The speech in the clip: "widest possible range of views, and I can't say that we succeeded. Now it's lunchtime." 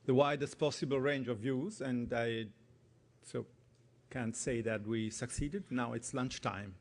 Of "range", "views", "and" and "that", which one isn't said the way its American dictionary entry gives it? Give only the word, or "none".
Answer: none